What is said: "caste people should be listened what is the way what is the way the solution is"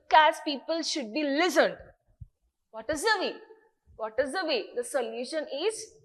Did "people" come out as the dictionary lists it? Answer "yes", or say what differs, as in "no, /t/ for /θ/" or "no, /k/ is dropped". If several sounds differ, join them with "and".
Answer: yes